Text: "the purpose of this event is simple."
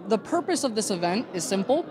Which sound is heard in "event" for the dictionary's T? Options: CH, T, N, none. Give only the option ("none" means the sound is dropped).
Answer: T